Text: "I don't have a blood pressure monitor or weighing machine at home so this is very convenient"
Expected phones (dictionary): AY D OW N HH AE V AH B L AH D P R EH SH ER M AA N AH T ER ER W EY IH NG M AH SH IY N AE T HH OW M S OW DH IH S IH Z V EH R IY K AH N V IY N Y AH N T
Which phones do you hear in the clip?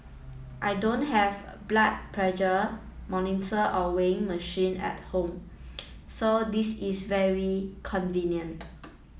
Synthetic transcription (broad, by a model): AY D OW N HH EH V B L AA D P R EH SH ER M AA N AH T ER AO W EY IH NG M AH SH IY N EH T HH OW M S OW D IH S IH S V EH R IY K AH N V IY N Y AH N T